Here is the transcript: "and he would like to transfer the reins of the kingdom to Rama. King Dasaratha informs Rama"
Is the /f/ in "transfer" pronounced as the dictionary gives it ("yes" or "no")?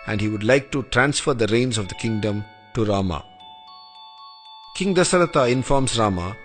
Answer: yes